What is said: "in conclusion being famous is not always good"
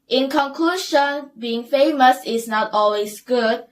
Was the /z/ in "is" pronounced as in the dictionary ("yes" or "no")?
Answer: no